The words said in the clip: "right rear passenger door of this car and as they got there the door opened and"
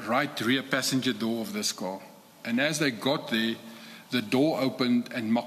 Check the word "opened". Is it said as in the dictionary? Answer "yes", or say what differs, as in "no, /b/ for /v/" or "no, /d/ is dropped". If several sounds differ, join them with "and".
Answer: yes